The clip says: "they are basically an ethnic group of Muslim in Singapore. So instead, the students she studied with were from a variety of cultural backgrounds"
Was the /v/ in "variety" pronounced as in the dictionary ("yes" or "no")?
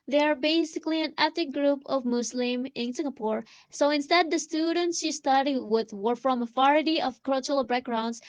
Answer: no